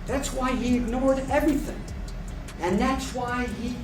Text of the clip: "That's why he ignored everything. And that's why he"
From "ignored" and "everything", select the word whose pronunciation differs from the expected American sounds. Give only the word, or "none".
none